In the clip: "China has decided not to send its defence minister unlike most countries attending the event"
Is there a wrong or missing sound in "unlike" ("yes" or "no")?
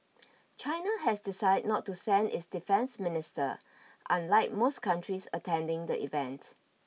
no